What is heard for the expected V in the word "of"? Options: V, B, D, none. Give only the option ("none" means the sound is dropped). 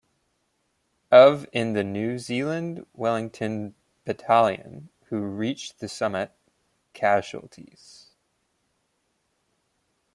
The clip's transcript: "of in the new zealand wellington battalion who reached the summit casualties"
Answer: V